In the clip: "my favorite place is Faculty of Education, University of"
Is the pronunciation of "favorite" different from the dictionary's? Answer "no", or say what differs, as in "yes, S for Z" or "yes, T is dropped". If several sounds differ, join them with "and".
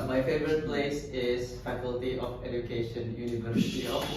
no